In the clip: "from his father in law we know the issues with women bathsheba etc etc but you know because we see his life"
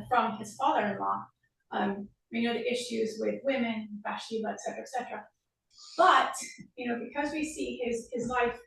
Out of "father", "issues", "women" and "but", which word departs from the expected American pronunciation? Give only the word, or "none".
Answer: none